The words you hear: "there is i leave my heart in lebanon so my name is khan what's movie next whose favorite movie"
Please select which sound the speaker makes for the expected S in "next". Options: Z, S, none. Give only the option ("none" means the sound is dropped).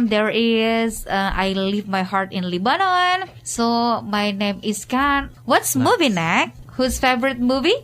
none